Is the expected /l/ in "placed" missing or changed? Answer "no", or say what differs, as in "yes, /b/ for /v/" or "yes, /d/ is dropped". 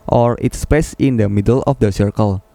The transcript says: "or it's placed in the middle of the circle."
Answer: yes, /l/ is dropped